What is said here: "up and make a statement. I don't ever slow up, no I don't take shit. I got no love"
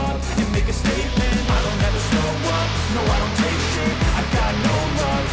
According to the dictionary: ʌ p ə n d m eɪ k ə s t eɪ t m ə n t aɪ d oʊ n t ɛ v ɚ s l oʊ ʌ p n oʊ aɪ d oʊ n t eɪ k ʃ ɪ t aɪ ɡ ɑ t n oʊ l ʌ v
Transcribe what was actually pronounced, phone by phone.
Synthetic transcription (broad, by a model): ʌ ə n m eɪ k ə s t eɪ t m ə n t aɪ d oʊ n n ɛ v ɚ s oʊ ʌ n oʊ aɪ d oʊ n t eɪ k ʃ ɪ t aɪ ɡ ɑ t n oʊ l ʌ